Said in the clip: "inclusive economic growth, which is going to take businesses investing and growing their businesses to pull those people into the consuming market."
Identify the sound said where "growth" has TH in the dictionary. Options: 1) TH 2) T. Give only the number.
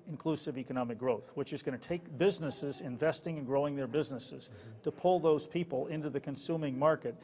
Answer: 1